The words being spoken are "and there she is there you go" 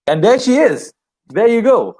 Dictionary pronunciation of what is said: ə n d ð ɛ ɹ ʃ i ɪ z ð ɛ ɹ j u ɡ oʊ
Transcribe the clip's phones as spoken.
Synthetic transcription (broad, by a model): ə n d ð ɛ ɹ ʃ i ɪ z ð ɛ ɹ j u ɡ oʊ